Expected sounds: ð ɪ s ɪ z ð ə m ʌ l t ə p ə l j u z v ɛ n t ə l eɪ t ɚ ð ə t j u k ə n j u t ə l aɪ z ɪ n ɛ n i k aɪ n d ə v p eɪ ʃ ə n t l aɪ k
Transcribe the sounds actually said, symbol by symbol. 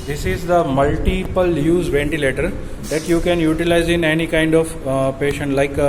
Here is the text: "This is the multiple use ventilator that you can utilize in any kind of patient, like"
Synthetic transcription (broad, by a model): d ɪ s ɪ z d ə m ʌ l t ə p ə l j u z v ɛ n t ə l eɪ t ɚ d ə t j u k ə n j u t ə l aɪ z ɪ n ɛ n i k aɪ n d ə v p eɪ ʃ ə n t l aɪ k